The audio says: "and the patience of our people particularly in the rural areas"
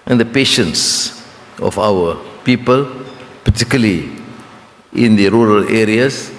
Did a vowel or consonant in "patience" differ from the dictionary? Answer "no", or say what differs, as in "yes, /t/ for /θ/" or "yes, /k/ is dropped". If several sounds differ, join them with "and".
no